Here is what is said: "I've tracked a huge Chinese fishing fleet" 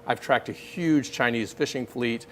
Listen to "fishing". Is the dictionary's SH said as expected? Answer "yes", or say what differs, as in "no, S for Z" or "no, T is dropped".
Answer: yes